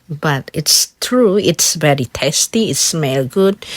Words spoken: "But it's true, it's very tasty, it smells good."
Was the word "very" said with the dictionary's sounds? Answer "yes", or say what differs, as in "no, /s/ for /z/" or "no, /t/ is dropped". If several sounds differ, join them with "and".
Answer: no, /b/ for /v/